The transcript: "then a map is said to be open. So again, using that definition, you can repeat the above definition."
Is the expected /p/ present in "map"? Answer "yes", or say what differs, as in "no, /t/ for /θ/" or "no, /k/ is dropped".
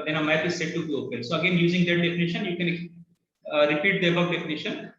no, /p/ is dropped